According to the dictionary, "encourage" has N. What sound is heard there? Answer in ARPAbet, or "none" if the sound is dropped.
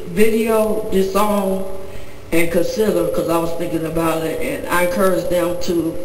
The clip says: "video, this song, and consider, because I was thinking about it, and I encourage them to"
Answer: none